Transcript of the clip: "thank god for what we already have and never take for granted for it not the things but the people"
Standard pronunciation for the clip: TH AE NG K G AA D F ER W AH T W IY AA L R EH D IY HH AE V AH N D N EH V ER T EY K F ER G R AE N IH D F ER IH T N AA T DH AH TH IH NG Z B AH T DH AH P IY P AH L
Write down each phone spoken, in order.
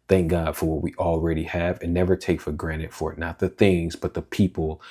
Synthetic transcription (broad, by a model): TH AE NG K G AA D F ER W AH T W IY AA L R EH D IY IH V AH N N EH V ER T EY K F ER G R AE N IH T F ER IH T N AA T DH AH TH IH NG Z B AH T DH AH P IY P L